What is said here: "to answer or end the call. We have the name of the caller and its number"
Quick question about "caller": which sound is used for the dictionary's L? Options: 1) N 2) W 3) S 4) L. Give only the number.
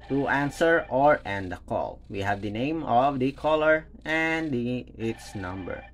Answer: 4